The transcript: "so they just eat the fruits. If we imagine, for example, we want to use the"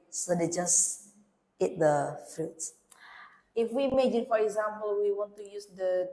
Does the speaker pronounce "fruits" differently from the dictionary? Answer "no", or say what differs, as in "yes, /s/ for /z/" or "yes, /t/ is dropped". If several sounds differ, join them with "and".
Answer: yes, /ɹ/ is dropped